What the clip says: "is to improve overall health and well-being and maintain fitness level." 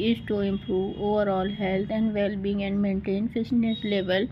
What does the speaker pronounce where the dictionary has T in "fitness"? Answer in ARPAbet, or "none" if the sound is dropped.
S